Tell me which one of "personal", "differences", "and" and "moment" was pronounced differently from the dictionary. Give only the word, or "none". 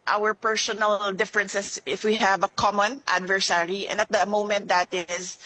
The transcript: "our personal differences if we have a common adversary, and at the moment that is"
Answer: differences